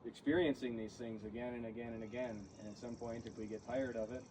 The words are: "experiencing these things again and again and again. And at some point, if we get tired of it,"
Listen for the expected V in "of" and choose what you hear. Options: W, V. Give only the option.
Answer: V